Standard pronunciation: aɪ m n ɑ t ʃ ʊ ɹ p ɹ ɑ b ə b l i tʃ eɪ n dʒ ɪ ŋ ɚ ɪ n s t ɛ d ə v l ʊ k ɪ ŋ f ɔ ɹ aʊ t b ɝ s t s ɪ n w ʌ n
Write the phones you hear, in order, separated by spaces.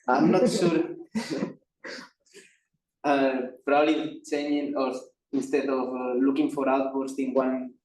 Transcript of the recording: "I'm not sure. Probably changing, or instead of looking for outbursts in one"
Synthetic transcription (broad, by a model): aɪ m n ɑ t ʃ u ɹ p ɹ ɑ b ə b l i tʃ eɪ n ɪ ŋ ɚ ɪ n s t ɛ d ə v l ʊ k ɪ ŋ f ɔ ɹ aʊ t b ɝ t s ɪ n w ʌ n